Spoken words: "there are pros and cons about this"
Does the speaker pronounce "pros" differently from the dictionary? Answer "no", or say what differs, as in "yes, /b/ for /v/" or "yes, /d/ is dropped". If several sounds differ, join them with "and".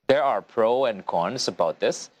yes, /z/ is dropped